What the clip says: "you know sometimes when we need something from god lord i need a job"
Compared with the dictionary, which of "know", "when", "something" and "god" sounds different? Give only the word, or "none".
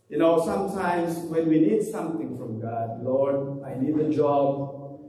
something